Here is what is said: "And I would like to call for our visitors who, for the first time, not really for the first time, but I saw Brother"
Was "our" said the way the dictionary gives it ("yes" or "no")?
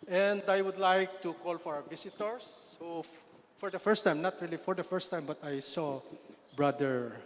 no